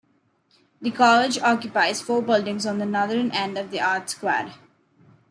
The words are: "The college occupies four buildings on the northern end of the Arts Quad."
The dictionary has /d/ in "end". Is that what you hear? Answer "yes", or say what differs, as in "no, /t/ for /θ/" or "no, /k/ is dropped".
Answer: yes